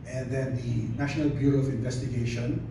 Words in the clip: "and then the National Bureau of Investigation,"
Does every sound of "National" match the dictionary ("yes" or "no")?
yes